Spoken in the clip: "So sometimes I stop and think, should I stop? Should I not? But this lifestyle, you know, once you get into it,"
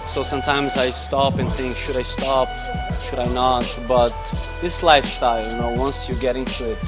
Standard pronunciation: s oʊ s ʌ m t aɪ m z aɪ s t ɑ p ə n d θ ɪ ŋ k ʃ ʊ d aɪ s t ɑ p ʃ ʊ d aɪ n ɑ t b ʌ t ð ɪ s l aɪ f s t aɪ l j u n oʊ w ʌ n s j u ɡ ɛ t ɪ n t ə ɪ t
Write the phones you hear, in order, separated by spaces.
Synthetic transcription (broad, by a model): s oʊ s ʌ m t aɪ m z aɪ s t ɑ p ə n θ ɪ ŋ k ʃ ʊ d aɪ s t ɑ p ʃ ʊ d aɪ n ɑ t b ʌ t ð ɪ s l aɪ f s t aɪ l j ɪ n oʊ w ʌ n s j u ɡ ɛ t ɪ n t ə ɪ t